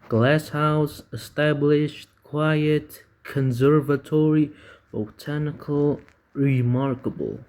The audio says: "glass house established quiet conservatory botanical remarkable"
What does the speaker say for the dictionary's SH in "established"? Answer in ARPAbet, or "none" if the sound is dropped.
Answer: SH